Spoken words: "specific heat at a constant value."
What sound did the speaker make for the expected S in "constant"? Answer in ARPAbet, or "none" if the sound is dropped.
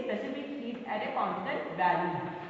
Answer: none